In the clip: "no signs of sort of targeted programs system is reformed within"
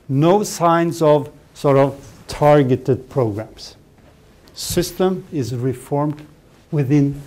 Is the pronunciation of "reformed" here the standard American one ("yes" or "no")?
yes